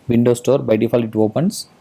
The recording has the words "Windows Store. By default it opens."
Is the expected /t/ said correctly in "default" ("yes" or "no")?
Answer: no